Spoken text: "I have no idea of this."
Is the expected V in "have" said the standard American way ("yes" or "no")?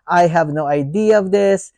yes